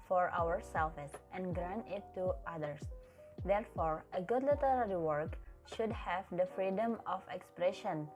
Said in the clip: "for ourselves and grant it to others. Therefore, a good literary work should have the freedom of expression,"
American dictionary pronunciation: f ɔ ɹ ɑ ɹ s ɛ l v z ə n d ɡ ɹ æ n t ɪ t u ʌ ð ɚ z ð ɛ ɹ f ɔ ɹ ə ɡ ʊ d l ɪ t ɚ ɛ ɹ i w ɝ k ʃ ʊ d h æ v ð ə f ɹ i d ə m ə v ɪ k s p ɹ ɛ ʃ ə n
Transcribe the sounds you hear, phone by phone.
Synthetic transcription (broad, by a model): f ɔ ɹ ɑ ɹ s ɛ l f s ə n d ɡ ɹ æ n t ɪ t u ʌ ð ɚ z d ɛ ɹ f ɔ ɹ ə ɡ ʊ d l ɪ t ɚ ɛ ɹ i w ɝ k ʃ ʊ d h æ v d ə f ɹ i d ə m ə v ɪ k s p ɹ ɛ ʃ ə n